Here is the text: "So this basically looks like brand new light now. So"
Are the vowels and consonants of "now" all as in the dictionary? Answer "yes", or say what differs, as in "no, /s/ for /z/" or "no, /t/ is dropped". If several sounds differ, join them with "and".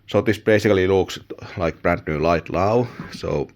no, /l/ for /n/